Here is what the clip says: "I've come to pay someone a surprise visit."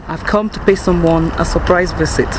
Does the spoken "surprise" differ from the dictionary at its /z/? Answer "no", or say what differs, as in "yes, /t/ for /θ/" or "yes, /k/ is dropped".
no